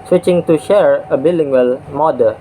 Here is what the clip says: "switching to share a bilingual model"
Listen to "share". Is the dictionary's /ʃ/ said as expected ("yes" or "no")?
yes